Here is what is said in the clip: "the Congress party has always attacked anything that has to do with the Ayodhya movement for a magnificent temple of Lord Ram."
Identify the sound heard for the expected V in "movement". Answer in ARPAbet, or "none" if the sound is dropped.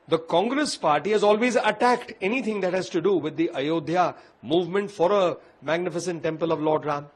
V